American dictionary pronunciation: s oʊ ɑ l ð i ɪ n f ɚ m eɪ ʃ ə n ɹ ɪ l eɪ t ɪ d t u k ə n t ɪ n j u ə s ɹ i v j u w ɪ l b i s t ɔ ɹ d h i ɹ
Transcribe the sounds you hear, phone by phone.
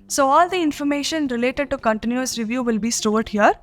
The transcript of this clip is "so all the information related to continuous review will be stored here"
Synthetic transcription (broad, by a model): s oʊ ɑ l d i ɪ n f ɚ m eɪ ʃ ə n ɹ ɪ l eɪ t ɪ d t u k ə n t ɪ n j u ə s ɹ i v j u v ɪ l b i s t ɔ ɹ d h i ɹ